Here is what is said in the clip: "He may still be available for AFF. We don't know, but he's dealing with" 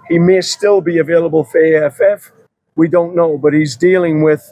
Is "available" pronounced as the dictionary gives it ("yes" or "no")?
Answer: yes